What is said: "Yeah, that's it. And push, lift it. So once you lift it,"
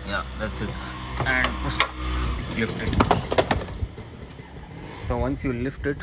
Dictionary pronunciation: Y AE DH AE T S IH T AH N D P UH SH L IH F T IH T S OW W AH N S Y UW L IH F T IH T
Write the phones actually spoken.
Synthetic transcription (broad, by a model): Y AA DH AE T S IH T AH N D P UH S L IH F T IH T S OW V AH N S Y UW L IH F T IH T